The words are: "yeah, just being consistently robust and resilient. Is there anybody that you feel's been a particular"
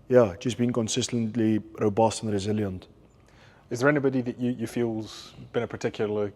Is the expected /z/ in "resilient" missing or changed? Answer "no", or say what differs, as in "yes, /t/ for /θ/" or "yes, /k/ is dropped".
no